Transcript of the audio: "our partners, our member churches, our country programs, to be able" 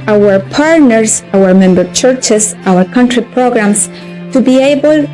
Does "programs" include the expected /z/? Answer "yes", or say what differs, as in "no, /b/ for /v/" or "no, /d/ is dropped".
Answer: no, /s/ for /z/